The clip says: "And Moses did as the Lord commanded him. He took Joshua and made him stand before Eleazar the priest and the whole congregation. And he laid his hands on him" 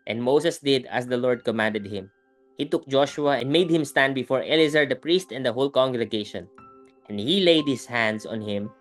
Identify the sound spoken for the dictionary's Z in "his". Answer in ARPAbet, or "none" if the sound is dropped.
S